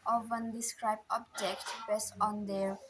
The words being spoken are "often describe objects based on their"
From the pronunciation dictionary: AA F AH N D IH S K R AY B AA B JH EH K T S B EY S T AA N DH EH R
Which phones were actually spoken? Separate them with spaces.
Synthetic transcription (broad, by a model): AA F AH N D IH S K R AY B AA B JH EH K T B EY S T AA N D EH R